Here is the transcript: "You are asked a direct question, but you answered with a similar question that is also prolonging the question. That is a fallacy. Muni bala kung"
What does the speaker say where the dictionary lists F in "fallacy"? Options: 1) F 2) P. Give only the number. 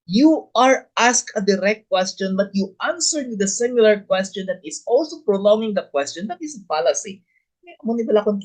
2